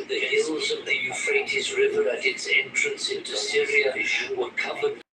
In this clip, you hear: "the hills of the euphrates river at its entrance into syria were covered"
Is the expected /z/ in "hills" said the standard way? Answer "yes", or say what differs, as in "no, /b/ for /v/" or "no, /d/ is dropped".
yes